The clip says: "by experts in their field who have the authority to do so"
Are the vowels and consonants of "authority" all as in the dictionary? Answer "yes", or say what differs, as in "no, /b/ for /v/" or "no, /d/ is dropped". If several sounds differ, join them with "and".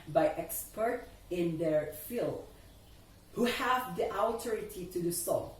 no, /t/ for /θ/